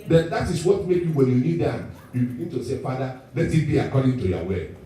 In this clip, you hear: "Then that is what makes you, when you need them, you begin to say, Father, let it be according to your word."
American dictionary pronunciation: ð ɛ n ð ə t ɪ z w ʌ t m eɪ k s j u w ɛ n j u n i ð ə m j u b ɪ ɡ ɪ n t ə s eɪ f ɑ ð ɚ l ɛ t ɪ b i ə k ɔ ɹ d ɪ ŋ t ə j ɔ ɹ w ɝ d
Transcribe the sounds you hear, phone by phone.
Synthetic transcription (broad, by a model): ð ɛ n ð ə t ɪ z w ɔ t m eɪ k j u w ɛ n j u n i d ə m j u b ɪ ɡ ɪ n t ə s eɪ f ɑ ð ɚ l ɛ t ɪ b i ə k ɔ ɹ d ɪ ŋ t ə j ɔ w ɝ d